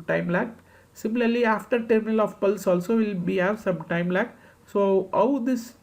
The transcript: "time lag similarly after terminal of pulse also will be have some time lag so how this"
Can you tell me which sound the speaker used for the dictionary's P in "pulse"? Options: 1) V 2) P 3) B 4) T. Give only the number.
2